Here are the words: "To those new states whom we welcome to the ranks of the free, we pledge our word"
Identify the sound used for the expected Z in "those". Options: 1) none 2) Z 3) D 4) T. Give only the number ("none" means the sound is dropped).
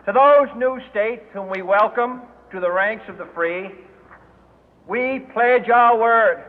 2